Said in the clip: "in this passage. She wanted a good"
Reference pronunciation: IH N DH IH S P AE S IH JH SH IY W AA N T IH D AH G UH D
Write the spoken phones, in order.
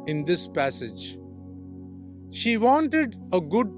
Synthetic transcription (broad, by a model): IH N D IH S P AE S IH JH SH IY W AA N T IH D AH G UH D